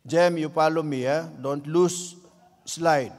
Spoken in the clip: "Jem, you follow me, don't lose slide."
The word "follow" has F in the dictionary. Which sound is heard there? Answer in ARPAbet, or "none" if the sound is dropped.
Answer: P